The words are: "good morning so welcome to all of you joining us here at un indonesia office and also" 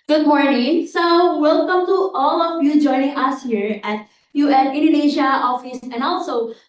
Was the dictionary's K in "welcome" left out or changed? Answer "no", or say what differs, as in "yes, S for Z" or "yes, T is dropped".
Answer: no